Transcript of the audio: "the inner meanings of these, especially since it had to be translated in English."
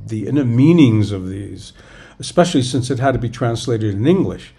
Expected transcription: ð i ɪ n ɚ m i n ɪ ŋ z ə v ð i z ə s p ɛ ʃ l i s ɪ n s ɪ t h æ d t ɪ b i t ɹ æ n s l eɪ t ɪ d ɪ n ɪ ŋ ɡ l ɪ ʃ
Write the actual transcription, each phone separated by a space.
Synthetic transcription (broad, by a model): ð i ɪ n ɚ m i n ɪ ŋ z ə v ð i z ə s p ɛ ʃ l i s ɪ n s ɪ t h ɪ d t ɪ b i t ɹ æ n s l eɪ t ɪ d ɪ n ɪ ŋ ɡ l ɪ ʃ